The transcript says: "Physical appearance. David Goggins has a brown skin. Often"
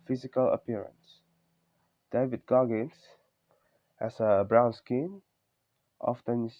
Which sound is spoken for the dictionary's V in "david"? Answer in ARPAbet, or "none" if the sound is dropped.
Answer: V